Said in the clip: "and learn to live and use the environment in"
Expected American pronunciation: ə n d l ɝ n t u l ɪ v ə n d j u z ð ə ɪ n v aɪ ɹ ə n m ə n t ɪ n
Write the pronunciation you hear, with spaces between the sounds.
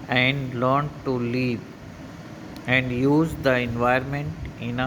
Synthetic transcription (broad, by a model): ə n d l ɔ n t u l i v ə n d j u z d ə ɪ n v aɪ ə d m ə n t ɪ n